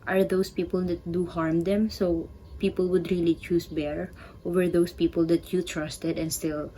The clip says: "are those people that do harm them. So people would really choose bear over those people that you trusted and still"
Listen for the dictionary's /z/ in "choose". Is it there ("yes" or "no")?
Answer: no